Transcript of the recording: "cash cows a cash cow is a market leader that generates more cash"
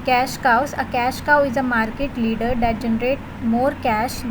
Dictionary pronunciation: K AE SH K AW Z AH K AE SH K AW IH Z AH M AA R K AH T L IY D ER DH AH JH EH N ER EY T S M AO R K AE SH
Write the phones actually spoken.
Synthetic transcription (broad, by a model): K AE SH K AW S AH K AE SH K AW IH Z AH M AA R K AH T L IY D ER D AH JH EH N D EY T M AO R K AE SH